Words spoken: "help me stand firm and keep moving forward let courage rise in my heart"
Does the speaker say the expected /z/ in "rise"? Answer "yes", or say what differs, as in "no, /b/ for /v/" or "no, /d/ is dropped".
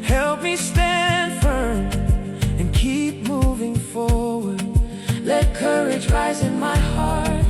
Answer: yes